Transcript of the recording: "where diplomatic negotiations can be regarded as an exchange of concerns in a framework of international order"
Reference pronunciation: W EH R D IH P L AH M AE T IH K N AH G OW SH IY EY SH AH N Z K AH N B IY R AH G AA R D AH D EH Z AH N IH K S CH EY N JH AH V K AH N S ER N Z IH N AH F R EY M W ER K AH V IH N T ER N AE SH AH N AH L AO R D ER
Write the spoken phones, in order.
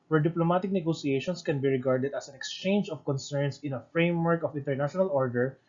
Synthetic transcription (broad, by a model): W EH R D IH P L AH M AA T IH K N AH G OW S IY EY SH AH N S K AH N B IY R AH G AA R D AH D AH S AH N IH K S CH EY N JH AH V K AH N S ER N S IH N AH F R EY M W ER K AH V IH N T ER N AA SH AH N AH L AO R D ER